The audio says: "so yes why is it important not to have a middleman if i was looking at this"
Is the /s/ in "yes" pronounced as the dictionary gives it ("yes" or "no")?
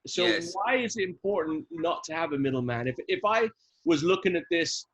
no